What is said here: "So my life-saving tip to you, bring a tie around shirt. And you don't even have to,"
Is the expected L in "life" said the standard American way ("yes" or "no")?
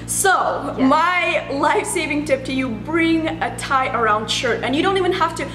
yes